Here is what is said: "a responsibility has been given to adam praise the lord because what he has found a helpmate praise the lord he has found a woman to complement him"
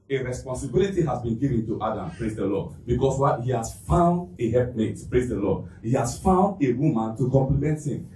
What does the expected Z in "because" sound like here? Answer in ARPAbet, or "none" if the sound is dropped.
S